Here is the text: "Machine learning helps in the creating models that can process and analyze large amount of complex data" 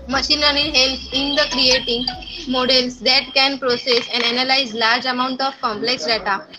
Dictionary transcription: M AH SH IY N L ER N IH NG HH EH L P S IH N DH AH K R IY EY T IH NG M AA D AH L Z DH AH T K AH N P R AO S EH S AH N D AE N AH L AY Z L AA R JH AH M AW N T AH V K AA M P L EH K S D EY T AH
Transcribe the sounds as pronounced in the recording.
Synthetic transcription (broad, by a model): M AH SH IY N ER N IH HH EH L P IH N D AH K R IY EY T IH NG M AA D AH L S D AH T K AH N P R AO S EH S AH N D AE N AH L AY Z L AA R JH AH M AW N T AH F K AA M P L EH K S D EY T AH